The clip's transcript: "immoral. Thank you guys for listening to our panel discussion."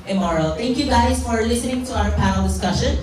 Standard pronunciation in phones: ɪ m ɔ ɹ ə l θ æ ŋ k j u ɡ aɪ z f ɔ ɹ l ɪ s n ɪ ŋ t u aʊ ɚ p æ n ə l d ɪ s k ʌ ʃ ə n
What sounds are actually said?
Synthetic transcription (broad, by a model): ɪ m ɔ ɹ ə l t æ ŋ k j u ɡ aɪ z f ɔ ɹ l ɪ s n ɪ ŋ t u aʊ ɚ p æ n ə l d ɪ s k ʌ ʃ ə n